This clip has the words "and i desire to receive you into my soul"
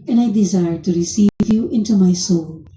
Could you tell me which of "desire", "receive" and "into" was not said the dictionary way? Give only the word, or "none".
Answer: none